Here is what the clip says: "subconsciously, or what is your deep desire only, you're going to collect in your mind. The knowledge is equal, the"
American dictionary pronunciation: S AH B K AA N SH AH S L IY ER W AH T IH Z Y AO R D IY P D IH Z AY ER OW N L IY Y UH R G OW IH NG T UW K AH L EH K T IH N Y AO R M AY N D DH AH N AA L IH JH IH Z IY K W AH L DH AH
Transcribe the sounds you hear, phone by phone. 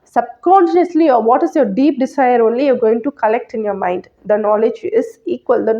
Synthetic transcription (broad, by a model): S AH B K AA N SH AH S L IY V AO T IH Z Y AO R D IY P D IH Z AY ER OW N L IY Y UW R G OW IH NG T UW K AH L EH K T IH N Y AO R M AY N D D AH N AA L IH JH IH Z IY K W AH L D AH